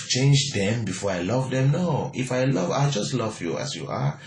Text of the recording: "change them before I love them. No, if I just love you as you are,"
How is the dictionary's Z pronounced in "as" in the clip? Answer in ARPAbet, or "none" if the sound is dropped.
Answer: S